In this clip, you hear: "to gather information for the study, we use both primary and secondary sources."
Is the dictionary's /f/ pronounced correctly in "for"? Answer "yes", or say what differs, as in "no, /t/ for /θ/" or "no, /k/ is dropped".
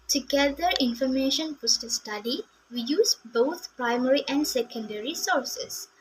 no, /p/ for /f/